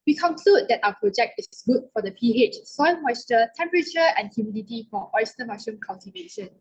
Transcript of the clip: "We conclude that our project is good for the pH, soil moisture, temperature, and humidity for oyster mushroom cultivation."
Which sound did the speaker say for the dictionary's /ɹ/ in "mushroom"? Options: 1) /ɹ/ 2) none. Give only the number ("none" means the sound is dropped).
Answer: 2